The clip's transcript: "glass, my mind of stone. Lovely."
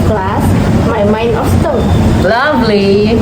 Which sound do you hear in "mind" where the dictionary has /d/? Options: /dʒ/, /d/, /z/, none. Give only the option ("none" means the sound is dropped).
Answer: none